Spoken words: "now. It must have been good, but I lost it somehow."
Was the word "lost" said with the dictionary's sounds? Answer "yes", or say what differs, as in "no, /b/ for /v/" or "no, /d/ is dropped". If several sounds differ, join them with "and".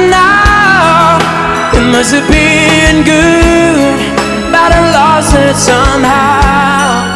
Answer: no, /t/ is dropped